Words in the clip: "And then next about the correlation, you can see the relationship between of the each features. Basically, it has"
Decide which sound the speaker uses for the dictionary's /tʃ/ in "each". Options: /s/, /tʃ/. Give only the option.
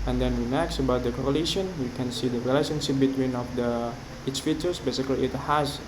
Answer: /s/